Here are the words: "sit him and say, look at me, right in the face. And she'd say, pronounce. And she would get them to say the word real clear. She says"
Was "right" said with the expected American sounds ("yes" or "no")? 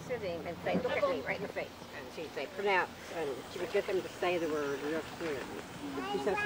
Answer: no